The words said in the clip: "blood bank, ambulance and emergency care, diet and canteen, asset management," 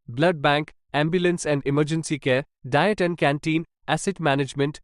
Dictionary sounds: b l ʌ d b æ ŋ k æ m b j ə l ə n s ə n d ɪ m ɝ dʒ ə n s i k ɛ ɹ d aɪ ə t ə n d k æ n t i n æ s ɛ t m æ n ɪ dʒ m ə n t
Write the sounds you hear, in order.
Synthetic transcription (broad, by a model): b l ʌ d b æ ŋ k æ m b j ə l ə n s ə n d ɪ m ɝ dʒ ə n s i k ɛ ɹ d aɪ ə t ə n d k æ n t i n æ s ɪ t m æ n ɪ dʒ m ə n t